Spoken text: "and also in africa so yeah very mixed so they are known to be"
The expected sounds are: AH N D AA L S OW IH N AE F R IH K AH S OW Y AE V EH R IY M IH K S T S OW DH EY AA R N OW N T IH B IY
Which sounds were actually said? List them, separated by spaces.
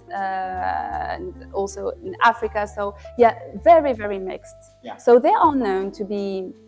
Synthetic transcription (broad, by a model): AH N AA L S OW IH N AE F R IH K AH S OW Y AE V EH R IY M IH K S T S OW DH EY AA L N OW N T IH B IY